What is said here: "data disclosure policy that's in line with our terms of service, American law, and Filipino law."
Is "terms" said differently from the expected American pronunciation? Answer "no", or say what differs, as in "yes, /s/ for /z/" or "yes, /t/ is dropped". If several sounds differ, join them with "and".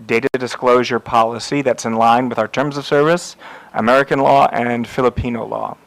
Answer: no